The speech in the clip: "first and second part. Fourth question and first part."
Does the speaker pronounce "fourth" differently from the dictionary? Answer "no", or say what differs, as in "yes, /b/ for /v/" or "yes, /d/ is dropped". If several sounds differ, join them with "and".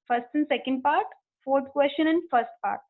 yes, /t/ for /θ/